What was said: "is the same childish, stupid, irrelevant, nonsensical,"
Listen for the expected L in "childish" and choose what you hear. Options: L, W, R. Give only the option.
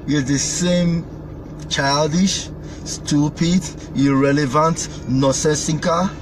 L